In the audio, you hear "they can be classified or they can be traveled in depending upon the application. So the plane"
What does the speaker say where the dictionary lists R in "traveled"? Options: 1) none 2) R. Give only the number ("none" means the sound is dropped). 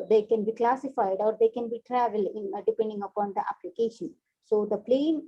2